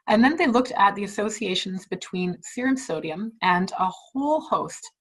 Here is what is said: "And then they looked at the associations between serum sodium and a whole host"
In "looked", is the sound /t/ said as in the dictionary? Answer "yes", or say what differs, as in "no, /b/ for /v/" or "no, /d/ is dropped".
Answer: yes